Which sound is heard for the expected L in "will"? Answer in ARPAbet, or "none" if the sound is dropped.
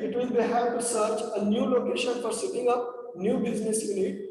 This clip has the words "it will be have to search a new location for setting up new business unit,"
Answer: N